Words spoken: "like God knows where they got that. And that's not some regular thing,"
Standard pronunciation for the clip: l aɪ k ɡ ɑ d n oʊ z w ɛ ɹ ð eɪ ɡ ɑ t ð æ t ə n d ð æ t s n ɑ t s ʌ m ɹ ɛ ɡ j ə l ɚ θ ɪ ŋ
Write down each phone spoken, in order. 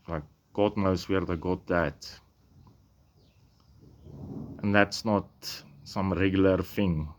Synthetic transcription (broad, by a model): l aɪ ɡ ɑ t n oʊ s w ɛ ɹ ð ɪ ɡ ɑ t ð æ t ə n ð æ t s n ɑ t s ʌ m ɹ ɛ ɡ j ə l ɚ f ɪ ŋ